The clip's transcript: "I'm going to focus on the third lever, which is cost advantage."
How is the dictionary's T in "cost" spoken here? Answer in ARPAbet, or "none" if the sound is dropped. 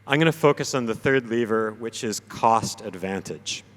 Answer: T